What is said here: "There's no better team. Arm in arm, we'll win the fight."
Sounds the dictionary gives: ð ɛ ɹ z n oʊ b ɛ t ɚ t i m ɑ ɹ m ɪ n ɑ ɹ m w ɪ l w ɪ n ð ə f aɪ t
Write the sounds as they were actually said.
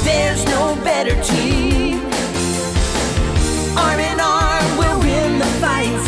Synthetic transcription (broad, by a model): ð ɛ ɹ z n oʊ b ɛ t ɚ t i ɑ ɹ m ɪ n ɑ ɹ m w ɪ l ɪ n ð ə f aɪ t